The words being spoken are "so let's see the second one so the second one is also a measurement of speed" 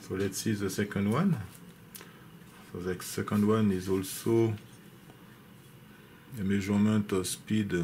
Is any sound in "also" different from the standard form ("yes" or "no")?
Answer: no